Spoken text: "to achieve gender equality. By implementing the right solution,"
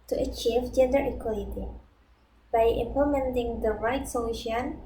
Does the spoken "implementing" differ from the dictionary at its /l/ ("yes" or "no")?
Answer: yes